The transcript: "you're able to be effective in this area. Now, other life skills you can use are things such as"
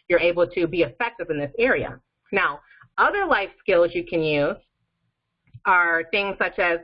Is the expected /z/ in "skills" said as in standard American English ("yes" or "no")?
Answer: yes